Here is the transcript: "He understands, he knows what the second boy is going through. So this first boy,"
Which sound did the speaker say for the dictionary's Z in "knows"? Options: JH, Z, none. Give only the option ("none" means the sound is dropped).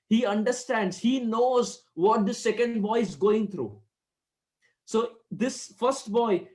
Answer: Z